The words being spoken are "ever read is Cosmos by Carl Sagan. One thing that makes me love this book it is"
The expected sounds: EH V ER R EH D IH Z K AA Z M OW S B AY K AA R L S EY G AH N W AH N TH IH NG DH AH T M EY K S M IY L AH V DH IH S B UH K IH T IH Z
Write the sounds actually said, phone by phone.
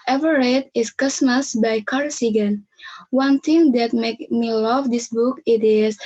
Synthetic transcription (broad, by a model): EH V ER R EH D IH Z K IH S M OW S B AY K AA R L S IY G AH N W AH N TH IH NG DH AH T M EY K M IY L AH V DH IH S B UH K IH T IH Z